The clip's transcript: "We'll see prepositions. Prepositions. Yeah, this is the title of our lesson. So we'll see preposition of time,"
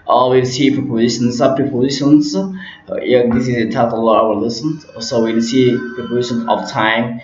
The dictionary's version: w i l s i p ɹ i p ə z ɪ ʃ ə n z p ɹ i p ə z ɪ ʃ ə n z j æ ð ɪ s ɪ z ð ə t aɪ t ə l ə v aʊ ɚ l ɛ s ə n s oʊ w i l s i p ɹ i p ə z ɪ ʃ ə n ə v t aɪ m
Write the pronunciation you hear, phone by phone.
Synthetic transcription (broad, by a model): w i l s i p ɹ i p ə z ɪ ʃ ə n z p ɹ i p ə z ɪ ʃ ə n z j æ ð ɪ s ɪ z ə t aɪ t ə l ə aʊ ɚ l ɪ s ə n s oʊ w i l s i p i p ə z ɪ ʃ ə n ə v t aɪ m